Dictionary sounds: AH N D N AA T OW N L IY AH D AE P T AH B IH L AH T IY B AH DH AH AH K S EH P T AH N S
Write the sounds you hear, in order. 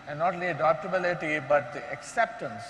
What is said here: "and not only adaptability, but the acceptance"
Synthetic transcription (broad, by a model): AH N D N AA T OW L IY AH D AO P T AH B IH L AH T IY B AH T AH K S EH P T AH N S